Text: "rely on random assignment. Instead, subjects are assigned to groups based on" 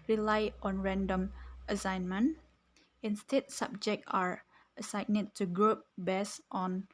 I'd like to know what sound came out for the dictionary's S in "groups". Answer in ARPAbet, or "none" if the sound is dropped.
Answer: none